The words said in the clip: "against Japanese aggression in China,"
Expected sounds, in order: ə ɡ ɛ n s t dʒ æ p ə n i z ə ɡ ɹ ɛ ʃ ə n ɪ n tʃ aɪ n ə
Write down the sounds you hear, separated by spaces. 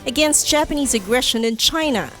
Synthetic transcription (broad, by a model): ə ɡ ɛ n s t dʒ æ p ə n i z ə ɡ ɹ ɛ ʃ ə n ɪ n tʃ aɪ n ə